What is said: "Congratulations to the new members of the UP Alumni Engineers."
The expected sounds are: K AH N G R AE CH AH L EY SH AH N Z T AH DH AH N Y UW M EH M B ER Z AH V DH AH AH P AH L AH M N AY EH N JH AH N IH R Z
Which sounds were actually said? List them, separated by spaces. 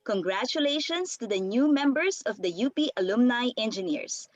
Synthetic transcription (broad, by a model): K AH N G R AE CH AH L EY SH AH N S T AH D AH N Y UW M EH M B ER S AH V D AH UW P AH L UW M N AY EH N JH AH N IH R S